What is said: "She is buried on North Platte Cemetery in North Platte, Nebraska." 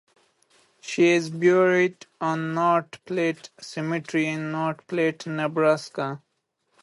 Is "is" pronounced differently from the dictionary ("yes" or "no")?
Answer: no